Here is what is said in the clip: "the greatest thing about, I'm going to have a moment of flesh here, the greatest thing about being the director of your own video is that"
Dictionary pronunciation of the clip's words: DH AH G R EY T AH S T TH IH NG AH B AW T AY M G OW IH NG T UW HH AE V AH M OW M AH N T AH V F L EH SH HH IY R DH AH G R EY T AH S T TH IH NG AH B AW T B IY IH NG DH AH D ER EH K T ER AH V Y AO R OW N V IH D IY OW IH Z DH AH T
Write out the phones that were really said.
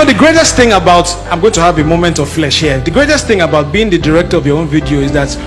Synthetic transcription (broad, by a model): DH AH G R EY T AH S T TH IH NG AH B AW T AY M G OW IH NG T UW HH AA V AH M OW M AH N T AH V F L EH SH HH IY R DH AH G R EY T AH S T TH IH NG AH B AW T B IY IH NG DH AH D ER EH K T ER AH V Y AO R OW N V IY D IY OW IH Z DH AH T